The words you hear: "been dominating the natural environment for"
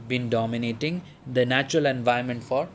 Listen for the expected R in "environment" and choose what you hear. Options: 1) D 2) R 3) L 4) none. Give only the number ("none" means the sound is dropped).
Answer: 4